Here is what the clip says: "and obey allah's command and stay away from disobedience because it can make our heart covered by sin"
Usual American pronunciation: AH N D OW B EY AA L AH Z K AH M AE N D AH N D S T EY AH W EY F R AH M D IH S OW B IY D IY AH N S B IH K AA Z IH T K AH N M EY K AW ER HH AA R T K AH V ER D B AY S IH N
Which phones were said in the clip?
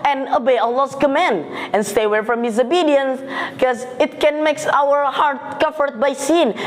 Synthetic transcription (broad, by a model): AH N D OW B EY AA L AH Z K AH M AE N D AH N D S T EY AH W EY F R AH M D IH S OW B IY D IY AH N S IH K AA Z IH T K AH N M EY K AW ER HH AA R T K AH F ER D B AY S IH N